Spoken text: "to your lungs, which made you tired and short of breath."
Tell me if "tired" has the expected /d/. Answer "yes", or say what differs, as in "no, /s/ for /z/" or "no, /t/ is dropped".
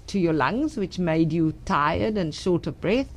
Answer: yes